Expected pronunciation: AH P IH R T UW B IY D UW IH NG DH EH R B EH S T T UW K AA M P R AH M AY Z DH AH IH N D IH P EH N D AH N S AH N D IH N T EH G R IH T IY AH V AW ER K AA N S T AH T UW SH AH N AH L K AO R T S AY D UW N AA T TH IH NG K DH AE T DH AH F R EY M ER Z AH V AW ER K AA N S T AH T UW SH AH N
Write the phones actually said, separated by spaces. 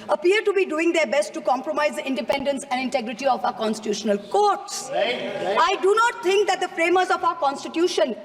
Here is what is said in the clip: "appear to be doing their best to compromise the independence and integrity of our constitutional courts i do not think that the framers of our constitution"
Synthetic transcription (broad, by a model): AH P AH R T UW B IY D UW IH NG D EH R B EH S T T UW K AA M P R AH M AY Z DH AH IH N D IH P EH N D AH N S AH N D IH N T EH G R IH T IY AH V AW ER K AA N S T AH T UW SH AH N AH L K AO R T S AY D UW N AA T T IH NG K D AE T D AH F R EY M ER Z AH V AW ER K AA N S T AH T UW SH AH N